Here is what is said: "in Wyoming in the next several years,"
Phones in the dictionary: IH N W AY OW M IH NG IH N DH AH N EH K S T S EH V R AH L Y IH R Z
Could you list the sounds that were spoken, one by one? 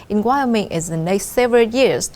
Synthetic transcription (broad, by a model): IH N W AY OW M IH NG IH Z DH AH N EH K S T S EH V R AH L Y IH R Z